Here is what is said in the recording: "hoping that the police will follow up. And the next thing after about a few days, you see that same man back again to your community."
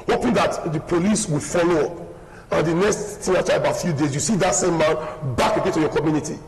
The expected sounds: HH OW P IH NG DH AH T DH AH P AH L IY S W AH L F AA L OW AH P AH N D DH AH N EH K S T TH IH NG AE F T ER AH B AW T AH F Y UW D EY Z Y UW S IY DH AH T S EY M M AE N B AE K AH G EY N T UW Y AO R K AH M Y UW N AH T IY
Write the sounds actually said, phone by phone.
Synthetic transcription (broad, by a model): HH OW P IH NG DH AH T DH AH P AH L IY S W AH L F AA L OW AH P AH N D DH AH N EH K S T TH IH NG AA T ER AH B AW T F Y UW D EY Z Y UW S IY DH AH T S EY M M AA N B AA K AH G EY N T UW Y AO K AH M Y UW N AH T IY